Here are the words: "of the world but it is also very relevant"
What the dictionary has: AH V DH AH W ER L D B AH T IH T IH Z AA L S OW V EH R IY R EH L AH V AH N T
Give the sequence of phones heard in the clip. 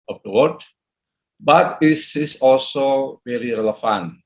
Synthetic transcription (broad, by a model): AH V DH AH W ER D B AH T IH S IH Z AA L S OW V EH R IY R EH L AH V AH N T